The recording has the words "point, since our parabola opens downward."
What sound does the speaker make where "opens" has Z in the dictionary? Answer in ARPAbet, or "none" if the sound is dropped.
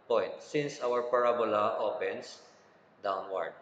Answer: S